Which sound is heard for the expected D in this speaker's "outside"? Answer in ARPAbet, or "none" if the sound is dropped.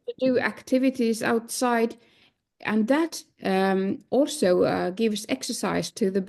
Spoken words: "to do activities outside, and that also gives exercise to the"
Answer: D